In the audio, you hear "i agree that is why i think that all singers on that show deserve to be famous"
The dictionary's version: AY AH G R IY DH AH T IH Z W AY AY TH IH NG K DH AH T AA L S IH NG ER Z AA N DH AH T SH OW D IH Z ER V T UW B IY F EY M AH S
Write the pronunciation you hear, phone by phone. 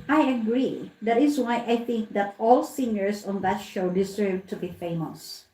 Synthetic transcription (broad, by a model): AY AH G R IY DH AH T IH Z W AY AY TH IH NG K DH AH T AA L S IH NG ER S AA N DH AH T SH OW D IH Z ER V T UW B IY F EY M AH S